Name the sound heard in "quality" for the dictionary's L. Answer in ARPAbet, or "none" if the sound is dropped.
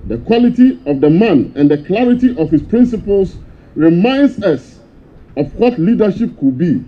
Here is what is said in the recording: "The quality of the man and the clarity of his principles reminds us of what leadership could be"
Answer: L